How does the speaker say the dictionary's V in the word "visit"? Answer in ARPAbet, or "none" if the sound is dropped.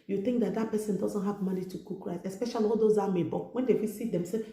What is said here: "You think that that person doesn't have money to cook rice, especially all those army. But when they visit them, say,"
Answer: F